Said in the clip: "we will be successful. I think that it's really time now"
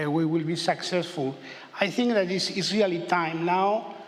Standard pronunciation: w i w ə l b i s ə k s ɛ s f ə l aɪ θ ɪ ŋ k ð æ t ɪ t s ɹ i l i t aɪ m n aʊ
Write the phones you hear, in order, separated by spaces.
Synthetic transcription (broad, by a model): w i w ə l b i s ə k s ɛ s f ə l aɪ θ ɪ ŋ k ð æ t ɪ s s ɹ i l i t aɪ m n aʊ